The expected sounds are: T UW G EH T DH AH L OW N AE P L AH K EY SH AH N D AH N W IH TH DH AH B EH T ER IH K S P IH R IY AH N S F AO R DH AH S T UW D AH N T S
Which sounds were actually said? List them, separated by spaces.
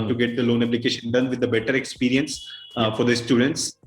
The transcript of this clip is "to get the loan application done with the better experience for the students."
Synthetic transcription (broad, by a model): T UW G EH T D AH L OW N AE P L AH K EY SH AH N D AH N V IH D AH B EH T ER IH K S P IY R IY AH N S F AO R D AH S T UW D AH N T S